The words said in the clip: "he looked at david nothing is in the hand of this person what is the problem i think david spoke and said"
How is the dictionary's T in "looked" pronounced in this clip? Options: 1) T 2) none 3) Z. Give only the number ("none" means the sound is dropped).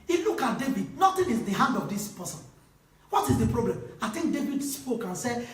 2